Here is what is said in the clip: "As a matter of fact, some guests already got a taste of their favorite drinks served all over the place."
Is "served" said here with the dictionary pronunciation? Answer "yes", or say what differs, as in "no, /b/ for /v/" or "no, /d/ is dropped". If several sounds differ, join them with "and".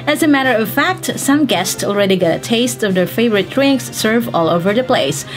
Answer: no, /d/ is dropped